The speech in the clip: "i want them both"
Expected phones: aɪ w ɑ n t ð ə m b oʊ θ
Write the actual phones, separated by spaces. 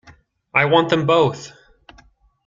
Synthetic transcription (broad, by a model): aɪ w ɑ n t ð ə m b oʊ θ